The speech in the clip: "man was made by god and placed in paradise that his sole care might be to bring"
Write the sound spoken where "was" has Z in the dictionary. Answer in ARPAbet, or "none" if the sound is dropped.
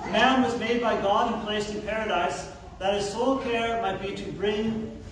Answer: Z